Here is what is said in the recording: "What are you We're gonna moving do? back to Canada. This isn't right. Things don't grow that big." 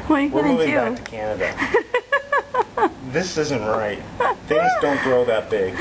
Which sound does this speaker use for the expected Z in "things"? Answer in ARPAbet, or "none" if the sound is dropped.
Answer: Z